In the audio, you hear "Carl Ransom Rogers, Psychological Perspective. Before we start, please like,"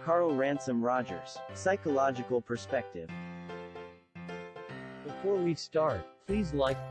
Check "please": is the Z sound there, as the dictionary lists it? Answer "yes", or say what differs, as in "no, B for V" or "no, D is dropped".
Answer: yes